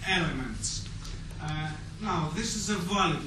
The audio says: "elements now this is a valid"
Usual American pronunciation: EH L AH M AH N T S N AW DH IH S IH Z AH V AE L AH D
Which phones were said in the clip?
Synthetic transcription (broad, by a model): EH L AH M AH N T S N AW DH IH S IH Z AH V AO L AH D